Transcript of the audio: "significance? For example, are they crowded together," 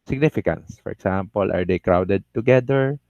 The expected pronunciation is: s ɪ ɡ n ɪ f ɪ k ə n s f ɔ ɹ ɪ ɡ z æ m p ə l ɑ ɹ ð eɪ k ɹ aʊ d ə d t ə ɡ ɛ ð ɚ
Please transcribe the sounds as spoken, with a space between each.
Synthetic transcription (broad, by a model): s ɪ ɡ n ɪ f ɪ k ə n s f ɔ ɹ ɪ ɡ s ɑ m p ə l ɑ ɹ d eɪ k ɹ aʊ d ə d t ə ɡ ɛ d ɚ